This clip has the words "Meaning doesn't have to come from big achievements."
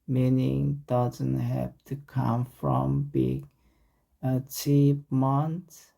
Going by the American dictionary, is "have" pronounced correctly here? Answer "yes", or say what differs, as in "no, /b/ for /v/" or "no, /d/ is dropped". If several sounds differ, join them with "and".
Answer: no, /p/ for /v/